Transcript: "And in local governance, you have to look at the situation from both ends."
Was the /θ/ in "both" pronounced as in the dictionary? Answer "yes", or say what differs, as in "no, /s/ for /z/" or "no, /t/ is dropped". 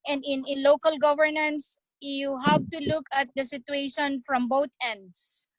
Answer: no, /t/ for /θ/